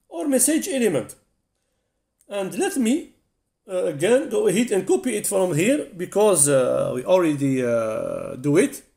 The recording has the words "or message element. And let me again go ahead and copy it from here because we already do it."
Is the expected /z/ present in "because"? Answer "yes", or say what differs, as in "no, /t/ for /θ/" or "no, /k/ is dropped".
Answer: yes